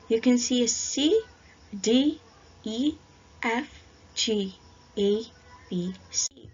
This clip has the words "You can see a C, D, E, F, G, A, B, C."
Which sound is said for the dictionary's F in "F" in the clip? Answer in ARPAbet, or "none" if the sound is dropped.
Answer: F